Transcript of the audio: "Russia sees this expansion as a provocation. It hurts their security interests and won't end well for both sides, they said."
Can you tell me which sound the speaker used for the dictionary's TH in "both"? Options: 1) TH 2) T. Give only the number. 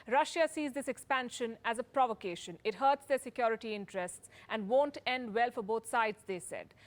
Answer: 2